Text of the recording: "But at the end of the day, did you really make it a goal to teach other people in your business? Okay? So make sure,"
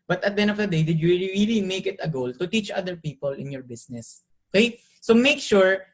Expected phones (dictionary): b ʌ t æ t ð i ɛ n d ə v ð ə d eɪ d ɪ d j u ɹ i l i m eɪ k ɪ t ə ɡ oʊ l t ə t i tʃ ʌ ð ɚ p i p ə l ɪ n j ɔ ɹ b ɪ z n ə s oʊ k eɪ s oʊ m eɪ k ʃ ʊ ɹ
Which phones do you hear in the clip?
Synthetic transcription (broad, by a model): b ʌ t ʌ t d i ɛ n ə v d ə d eɪ d ɪ d j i ɹ i l i m eɪ k ɪ t ə ɡ oʊ l t ə t i tʃ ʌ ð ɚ p i p ə l ɪ n j ɔ ɹ b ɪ s n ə s oʊ k eɪ s oʊ m eɪ k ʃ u ɹ